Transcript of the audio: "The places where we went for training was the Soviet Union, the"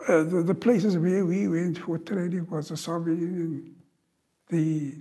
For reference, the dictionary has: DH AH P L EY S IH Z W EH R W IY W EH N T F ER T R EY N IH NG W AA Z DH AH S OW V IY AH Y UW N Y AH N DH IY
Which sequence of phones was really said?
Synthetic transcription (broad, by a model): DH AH P L EY S IH Z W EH W IY W EH N T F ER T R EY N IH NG W AA Z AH S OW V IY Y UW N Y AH N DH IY